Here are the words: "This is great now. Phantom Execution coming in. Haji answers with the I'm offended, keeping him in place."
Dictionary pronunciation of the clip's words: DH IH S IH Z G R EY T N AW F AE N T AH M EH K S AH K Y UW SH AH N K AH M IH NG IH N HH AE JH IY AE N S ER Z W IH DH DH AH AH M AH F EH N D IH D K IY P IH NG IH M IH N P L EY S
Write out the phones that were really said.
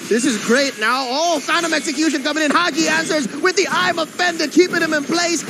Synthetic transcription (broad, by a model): DH IH S IH Z G R EY T N AW F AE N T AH M EH K S AH K Y UW SH AH N K AH M IH NG IH N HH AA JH IY AE N S ER Z W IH DH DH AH AH M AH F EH N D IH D K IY P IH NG IH M IH N P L EY S